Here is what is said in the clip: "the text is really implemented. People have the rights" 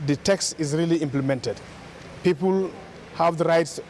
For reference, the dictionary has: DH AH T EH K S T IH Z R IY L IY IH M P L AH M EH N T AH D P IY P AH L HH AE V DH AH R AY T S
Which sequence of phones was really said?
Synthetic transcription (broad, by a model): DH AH T EH K S T IH Z R IY L IY IH M P L AH M EH N T AH D P IY P AH L HH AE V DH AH R AY T S